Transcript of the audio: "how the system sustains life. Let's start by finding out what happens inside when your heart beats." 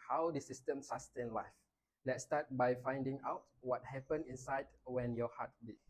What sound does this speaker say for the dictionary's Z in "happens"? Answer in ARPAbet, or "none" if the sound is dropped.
none